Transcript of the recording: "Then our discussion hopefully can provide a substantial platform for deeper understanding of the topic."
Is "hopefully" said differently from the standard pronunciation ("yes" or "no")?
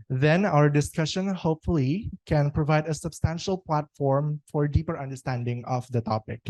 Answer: no